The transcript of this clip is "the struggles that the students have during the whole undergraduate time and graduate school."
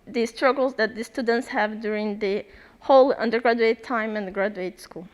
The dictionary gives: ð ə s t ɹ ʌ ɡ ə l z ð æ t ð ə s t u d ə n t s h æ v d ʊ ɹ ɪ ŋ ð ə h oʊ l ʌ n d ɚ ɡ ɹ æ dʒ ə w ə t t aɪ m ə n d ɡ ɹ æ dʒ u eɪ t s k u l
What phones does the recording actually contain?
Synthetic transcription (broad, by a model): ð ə s t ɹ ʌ ɡ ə l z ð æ t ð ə s t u d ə n t s h æ v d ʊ ɹ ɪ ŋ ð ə h oʊ l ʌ n d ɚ ɡ ɹ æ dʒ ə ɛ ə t t aɪ m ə n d ɡ ɹ æ dʒ u eɪ t s k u l